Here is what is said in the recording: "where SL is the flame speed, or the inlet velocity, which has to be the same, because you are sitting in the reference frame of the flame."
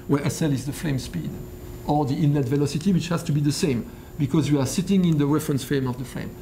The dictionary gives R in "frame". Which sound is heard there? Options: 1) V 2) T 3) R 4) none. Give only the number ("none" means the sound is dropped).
4